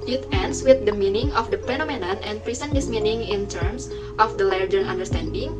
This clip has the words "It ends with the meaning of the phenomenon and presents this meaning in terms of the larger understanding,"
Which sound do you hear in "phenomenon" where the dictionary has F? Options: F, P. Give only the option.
P